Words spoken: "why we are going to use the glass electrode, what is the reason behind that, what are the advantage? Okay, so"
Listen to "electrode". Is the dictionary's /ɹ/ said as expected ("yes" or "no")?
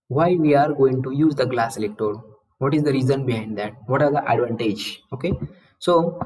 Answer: no